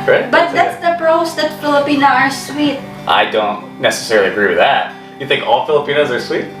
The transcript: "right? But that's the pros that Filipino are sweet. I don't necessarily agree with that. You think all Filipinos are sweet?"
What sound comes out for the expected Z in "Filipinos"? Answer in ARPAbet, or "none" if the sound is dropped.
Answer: Z